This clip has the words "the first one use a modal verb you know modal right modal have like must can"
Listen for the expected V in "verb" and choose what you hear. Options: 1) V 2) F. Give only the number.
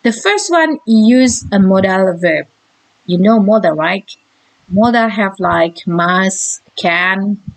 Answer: 1